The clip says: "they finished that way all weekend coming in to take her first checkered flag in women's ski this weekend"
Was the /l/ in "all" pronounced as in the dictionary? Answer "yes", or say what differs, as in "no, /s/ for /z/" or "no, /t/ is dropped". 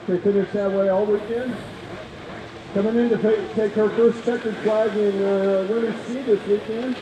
yes